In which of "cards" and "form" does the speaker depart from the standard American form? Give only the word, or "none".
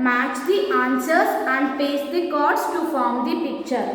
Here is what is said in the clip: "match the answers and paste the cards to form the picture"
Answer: cards